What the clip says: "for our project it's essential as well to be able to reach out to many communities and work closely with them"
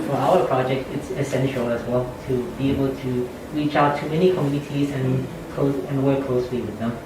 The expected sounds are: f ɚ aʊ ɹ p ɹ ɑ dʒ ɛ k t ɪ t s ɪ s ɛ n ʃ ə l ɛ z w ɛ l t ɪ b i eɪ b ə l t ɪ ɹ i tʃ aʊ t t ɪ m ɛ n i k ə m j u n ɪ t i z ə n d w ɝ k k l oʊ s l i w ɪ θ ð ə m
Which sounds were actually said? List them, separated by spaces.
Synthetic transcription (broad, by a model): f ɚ aʊ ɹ p ɹ ɑ dʒ ɛ k t ɪ t s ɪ s ɛ n ʃ l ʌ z w ɛ l t ɪ b i eɪ b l t ɪ ɹ i tʃ aʊ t t ɪ m ɛ n i k ə m j u n ɪ t i z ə n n w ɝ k k l oʊ s l i w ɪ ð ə m